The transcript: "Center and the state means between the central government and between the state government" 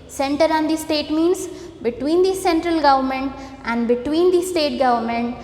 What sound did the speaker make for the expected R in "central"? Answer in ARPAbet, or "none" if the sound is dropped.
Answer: R